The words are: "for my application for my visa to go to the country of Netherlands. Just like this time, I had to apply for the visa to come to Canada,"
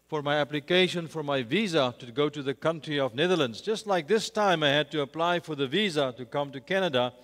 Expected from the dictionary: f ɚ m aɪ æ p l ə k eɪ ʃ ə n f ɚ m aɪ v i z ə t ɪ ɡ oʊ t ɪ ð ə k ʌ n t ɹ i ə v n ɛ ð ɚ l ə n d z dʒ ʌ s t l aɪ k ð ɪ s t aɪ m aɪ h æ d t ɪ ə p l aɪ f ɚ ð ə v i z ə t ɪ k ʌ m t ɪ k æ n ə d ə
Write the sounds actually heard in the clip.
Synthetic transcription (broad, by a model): f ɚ m aɪ æ p l ə k eɪ ʃ ə n f ɚ m aɪ v i z ə t ɪ ɡ oʊ t ɪ ð ə k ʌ n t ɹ i ə v n ɛ ð ɚ l ə n d z dʒ ʌ s t l aɪ k ð ɪ s t aɪ m aɪ h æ d t ɪ ə p l aɪ f ɚ ð ə v i z ə t ɪ k ʌ m t ɪ k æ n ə d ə